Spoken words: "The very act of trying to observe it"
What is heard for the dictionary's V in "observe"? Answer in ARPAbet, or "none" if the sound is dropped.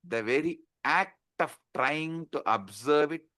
V